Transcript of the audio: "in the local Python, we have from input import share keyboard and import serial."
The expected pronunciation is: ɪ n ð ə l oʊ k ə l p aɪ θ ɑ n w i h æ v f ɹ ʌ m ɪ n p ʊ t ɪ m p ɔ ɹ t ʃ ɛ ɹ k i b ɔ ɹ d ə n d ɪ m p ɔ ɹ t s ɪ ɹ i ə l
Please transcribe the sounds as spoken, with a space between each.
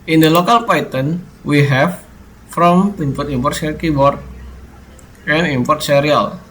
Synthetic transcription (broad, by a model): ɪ n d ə l oʊ k ə l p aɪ t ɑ n w i h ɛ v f ɹ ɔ m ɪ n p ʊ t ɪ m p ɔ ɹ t s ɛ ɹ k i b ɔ ɹ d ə n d ɪ m p ɔ ɹ t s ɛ ɹ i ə l